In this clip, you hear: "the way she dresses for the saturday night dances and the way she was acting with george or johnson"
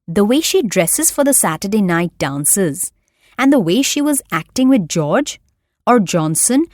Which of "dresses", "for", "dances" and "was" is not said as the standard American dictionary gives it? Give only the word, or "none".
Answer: none